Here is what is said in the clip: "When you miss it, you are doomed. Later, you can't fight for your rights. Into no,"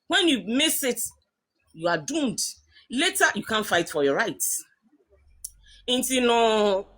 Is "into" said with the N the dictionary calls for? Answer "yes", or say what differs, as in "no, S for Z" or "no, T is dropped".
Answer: yes